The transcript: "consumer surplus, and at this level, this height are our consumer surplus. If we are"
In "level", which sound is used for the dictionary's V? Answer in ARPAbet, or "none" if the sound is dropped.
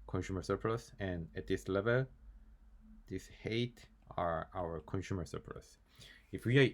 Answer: V